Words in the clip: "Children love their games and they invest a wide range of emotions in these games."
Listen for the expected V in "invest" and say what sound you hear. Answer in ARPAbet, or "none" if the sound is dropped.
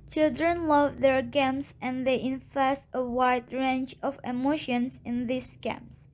F